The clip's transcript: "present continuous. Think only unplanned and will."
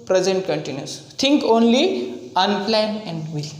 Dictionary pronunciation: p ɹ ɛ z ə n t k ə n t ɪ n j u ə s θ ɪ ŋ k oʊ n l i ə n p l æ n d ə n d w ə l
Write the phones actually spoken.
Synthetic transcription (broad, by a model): p ɹ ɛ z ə n t k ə n t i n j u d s t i ŋ k oʊ n l i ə n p l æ n ə n d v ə l